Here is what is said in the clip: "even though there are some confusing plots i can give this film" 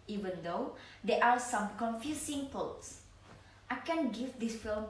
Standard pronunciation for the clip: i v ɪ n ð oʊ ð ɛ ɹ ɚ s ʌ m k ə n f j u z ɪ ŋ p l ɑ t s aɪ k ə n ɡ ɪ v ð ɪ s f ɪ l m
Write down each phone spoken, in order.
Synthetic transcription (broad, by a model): i v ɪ n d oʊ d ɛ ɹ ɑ s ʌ m k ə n f j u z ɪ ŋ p ɑ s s aɪ k ə n ɡ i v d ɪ s f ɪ l m